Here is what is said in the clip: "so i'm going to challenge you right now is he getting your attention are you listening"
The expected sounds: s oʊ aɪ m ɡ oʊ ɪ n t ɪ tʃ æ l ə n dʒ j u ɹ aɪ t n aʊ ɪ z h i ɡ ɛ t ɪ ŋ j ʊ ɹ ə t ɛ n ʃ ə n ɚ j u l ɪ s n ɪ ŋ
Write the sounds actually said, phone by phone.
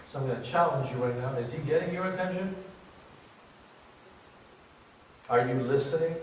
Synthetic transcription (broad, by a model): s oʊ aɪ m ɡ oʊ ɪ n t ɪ tʃ æ l ə n dʒ j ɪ w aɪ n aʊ ɪ z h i ɡ ɛ t ɪ ŋ j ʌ ɹ ə t ɛ n ʃ ə n ɚ j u l ɪ s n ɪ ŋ